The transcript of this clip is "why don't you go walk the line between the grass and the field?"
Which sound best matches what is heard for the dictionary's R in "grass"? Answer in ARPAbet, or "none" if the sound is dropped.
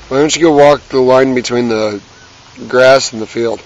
R